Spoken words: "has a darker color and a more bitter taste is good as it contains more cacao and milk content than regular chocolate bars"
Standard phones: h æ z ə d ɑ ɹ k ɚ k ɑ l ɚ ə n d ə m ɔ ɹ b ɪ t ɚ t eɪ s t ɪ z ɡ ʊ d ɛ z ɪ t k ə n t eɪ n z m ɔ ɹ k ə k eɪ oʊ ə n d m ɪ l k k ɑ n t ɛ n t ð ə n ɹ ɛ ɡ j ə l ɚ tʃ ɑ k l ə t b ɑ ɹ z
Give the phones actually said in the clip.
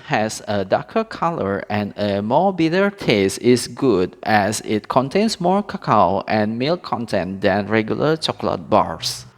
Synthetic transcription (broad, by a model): h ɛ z ə d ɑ k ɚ k ɑ l ɚ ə n ə m ɔ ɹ b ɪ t ɚ t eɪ s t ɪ s ɡ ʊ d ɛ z ɪ t k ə n t eɪ n s m ɔ ɹ k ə k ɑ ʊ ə n m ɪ l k k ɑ n t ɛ n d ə n ɹ ɛ ɡ j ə l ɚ tʃ ɑ k l ə t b ɑ ɹ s